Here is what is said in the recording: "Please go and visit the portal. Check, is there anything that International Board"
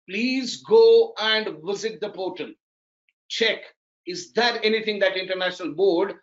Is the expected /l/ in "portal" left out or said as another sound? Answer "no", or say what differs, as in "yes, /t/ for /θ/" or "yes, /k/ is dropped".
yes, /n/ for /l/